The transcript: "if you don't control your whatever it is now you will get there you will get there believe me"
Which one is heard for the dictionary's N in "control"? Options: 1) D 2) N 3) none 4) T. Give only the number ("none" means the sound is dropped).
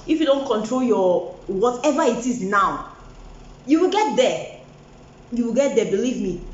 2